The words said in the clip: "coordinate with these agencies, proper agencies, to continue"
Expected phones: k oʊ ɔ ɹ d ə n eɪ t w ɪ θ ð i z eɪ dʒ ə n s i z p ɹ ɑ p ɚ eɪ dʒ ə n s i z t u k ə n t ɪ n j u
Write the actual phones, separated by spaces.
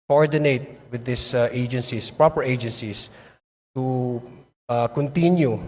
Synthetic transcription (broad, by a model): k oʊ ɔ ɹ d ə n eɪ t w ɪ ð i s eɪ dʒ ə n s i s p ɹ ɑ p ɚ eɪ dʒ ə n s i s t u k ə n t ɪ n j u